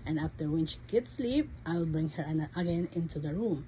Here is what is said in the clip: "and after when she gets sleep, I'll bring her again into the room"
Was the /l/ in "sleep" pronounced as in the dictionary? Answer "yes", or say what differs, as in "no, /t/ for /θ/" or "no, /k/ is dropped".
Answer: yes